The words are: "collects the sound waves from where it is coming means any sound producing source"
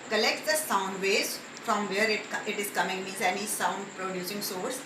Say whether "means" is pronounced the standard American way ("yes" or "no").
no